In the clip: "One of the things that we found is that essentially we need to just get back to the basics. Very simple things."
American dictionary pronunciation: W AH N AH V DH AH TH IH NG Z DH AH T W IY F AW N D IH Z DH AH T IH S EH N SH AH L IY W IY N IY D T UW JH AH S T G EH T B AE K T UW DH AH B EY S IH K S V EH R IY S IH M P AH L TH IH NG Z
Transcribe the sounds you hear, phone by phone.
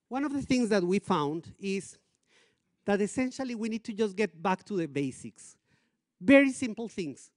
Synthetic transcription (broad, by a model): W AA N AH V DH AH TH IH NG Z DH AH T W IY F AW N D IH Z DH AH T IH S EH N SH AH L IY W IY N IY D T UW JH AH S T G EH T B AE K T UW DH AH B EY S IH K S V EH R IY S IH M P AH L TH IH NG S